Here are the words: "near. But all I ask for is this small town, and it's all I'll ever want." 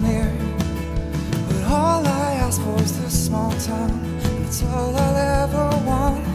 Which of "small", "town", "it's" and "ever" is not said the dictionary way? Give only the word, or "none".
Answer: town